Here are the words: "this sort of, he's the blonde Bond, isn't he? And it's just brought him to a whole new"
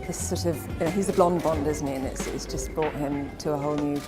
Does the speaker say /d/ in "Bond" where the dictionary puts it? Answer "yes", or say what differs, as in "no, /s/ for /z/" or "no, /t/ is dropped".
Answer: yes